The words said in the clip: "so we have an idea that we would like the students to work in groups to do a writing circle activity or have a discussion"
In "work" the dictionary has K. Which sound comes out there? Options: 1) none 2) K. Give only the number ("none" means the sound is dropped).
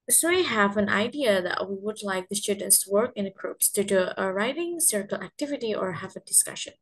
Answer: 2